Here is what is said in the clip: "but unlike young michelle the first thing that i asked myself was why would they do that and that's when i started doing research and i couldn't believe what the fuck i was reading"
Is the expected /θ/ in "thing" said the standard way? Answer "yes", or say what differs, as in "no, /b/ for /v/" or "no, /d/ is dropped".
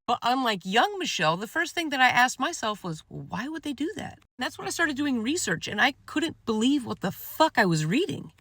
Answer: yes